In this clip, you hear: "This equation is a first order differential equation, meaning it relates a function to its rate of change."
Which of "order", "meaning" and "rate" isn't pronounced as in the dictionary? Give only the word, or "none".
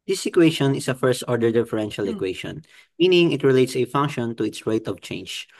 none